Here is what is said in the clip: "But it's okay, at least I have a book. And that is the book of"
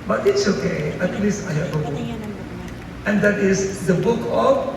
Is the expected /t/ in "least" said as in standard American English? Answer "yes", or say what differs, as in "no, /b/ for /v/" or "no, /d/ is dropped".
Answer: no, /t/ is dropped